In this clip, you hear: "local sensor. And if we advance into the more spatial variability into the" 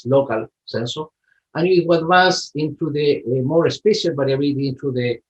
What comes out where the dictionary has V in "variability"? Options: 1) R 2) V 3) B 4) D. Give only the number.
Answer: 3